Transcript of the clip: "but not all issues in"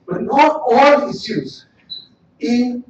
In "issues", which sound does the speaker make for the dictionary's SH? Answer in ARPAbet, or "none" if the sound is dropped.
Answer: S